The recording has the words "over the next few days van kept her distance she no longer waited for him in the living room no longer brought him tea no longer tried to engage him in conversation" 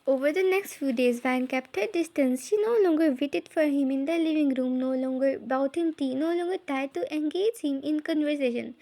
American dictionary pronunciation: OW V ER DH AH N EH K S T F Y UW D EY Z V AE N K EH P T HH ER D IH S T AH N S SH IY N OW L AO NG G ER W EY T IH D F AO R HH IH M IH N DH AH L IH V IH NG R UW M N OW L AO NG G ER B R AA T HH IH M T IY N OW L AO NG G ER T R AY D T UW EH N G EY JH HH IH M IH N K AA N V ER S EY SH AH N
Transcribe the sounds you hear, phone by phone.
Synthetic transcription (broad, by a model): OW V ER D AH N EH K S T F Y UW D EY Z V AE N K EH P T HH ER D IH S T AH N S SH IY N OW L AO NG G ER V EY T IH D F AO R HH IH M IH N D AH L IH V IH NG R UW M N OW L AO NG G ER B AA T HH IH M T IY N OW L AO NG G ER T R AY D T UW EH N G EY JH HH IH M IH N K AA N V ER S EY SH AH N